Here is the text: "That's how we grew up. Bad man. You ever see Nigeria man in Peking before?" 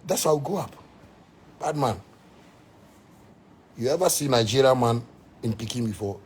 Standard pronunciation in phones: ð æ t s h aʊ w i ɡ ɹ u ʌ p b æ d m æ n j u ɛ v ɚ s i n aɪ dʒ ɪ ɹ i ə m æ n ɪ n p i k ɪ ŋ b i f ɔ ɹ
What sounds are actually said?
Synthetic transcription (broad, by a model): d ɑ t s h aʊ w i ɡ ɔ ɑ p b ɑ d m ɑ n j u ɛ v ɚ s i n aɪ dʒ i ɹ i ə m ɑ n ɪ n p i k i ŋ b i f ɔ